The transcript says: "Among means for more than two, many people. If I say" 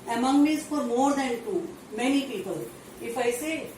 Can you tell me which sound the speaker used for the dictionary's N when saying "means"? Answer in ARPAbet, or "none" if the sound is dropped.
none